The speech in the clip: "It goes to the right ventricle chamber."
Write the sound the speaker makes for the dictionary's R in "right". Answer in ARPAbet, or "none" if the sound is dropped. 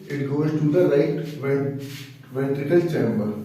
L